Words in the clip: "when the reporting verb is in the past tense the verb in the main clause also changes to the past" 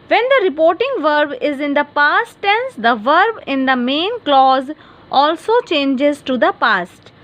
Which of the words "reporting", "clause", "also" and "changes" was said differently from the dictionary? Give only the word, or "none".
none